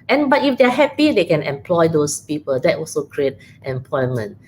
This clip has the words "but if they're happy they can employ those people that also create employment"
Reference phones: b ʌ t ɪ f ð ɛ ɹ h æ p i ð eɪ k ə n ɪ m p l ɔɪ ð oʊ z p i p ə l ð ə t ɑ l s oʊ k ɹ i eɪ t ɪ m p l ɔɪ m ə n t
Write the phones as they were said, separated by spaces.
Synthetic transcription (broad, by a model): b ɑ t ɪ f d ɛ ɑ h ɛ p i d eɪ k ə n ɪ m p l ɔɪ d oʊ s p i p ə l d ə t ɑ l s oʊ k ɹ i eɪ t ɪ m p l ɔɪ m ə n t